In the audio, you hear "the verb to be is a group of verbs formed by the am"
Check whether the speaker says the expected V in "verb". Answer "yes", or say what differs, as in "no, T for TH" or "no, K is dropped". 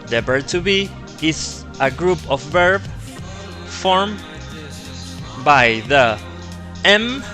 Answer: no, B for V